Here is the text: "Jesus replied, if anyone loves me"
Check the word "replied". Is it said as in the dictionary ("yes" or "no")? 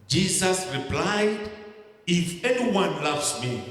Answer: yes